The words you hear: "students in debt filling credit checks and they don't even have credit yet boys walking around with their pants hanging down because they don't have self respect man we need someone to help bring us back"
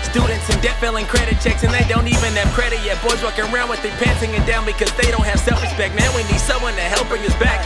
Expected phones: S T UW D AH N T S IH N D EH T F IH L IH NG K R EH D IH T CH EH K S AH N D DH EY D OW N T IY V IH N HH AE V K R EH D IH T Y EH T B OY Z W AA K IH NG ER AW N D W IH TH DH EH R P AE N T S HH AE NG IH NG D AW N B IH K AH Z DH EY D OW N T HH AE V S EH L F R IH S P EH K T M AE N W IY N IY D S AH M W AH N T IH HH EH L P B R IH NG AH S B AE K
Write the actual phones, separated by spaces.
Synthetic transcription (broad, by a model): S T UW D N T S IH N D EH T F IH L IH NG K R EH D IH T CH EH K S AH N DH EY D OW N T IY V IH N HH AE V K R EH D IH T Y EH T B OY Z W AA K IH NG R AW N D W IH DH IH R P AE N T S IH NG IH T D AW N B IH K AH Z DH EY D OW N T HH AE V S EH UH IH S B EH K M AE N W IY N IY D S AH M W AH N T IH HH EH L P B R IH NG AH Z B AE K